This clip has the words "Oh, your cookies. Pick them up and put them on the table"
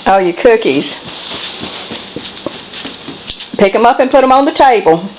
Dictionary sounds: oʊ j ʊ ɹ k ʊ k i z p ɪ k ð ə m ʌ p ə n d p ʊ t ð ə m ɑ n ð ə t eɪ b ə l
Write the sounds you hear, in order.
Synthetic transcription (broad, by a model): oʊ j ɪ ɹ k ʊ k i z p ɪ k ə m ʌ p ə n p ʊ t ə m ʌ n ð ə t eɪ b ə l